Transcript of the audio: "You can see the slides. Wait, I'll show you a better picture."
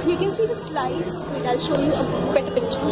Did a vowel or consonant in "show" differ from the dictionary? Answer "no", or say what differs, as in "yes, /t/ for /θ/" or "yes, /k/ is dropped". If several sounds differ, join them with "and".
no